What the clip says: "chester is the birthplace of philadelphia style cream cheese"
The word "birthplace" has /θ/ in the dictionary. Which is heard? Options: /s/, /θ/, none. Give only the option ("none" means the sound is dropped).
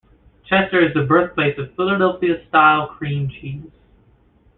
/θ/